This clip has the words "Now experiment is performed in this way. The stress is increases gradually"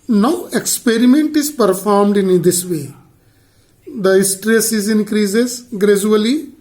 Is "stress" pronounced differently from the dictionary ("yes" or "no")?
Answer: no